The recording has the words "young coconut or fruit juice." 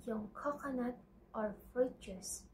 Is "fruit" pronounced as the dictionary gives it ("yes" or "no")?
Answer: no